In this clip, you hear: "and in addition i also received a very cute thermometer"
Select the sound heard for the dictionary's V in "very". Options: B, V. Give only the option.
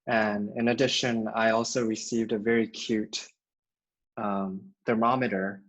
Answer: V